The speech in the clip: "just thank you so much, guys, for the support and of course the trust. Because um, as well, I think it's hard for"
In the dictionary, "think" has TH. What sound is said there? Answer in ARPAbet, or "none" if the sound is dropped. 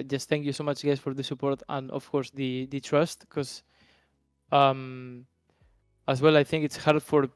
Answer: TH